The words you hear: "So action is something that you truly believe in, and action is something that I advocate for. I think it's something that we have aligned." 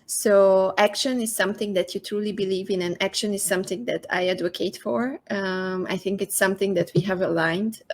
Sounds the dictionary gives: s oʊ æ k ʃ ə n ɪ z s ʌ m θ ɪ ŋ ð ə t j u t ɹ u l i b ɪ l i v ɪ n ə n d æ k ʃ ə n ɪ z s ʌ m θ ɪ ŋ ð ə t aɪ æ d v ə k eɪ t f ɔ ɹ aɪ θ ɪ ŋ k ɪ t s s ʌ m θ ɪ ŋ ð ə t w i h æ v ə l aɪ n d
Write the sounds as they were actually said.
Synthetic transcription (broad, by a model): s oʊ æ k ʃ ə n ɪ z s ʌ m θ ɪ ŋ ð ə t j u t ɹ u l i b ɪ l i v ɪ n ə n æ k ʃ ə n ɪ z s ʌ m θ ɪ ŋ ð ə t aɪ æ d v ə k eɪ t f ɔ ɹ aɪ θ ɪ ŋ k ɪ t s s ʌ m θ ɪ ŋ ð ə t w i h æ v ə l aɪ n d